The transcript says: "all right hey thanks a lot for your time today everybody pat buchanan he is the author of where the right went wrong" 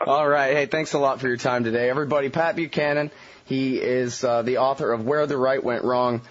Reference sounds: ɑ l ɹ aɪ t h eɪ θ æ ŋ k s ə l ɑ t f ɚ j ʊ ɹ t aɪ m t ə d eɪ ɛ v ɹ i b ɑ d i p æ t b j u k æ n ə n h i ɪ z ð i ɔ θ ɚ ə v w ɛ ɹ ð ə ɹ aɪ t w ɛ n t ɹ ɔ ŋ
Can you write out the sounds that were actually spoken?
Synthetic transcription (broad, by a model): ɑ l ɹ aɪ t h eɪ θ æ ŋ k s ə l ɑ t f ɚ j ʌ ɹ t aɪ m t ə d eɪ ɛ v ɹ i b ɑ d i p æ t b j u k æ n ə n h i ɪ z ð i ɔ θ ɚ ə v w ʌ ɹ ð ə ɹ aɪ t w ɛ n t ɹ ɔ ŋ